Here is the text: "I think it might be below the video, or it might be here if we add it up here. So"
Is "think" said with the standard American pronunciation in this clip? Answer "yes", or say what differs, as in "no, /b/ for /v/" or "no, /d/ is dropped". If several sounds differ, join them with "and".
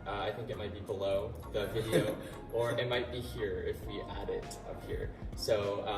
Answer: yes